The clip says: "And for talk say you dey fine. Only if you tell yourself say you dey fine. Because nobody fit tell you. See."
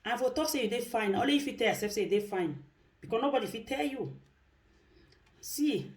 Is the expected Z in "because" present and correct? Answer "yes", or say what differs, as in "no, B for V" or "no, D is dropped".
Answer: no, Z is dropped